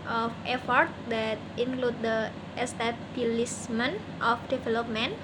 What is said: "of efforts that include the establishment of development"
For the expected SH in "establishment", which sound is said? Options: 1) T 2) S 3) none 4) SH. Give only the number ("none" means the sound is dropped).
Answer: 2